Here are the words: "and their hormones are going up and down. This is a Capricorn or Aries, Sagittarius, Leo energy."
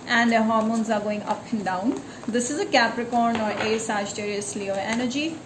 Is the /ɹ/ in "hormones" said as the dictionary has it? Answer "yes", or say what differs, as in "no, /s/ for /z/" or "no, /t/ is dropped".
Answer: yes